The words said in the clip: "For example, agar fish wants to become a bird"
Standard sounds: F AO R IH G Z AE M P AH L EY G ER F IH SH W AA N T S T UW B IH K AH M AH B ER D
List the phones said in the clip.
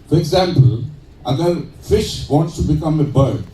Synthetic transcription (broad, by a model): F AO R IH G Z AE M P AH L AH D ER F IH SH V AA N T S T UW B IH K AH M AH B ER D